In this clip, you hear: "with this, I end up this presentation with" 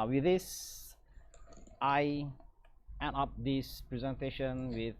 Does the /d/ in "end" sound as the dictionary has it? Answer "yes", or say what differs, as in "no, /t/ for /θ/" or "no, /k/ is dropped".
no, /d/ is dropped